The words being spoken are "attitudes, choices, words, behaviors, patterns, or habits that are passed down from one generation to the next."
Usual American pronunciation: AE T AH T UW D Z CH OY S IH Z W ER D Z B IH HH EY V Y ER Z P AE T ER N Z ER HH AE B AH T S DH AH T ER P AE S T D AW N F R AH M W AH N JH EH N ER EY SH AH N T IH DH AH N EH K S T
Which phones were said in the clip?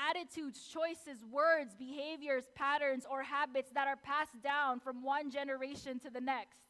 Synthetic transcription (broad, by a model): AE T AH T UW D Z CH OY S IH Z W ER D Z B IH HH EY V Y ER Z P AE T ER N Z ER HH AE B AH T S DH AH T ER P AE S D AW N F R AH M W AH N JH EH N ER EY SH AH N T IH DH AH N EH K S T